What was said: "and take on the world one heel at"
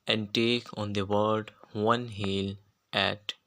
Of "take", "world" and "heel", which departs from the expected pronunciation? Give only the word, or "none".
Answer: world